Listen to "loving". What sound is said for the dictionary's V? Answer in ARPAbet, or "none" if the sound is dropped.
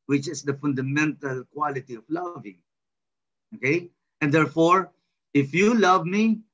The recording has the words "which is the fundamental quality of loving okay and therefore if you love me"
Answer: V